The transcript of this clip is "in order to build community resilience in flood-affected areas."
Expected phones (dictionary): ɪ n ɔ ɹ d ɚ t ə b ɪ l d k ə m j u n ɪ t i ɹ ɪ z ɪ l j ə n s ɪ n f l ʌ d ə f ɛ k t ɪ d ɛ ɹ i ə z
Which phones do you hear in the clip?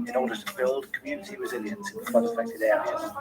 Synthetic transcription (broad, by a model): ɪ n ɔ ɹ d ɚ t ə b ɪ l d k ə m j u n ɪ t i ɹ ɪ z ɪ l j ə n s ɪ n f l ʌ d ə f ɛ k t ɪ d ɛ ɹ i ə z